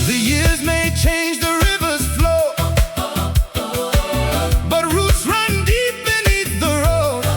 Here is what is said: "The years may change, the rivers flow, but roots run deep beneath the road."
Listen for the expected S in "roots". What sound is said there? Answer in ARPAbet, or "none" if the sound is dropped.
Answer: S